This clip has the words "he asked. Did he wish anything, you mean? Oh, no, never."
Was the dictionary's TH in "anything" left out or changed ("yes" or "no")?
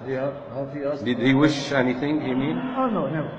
no